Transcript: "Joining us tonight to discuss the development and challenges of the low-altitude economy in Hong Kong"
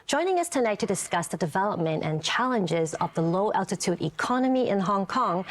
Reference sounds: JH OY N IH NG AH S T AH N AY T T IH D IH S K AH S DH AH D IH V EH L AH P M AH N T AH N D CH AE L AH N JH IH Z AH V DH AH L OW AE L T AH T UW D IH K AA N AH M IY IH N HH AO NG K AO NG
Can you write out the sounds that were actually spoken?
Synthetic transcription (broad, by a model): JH OY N IH NG AH S T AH N AY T T IH D IH S K AH S DH AH D IH V EH L AH P M AH N T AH N CH AE L AH N JH IH Z AH V DH AH L OW AE L T AH T UW D IH K AA N AH M IY IH N HH AO NG K AO NG